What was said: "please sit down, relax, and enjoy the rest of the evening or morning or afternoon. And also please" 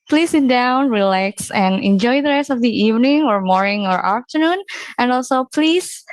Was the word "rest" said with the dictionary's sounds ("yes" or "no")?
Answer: yes